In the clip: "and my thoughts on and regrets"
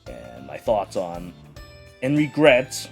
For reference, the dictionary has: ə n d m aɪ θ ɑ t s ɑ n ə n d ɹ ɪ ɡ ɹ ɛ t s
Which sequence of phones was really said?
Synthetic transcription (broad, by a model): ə n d m aɪ θ ɑ t s n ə n ɹ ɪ ɡ ɹ ɛ t s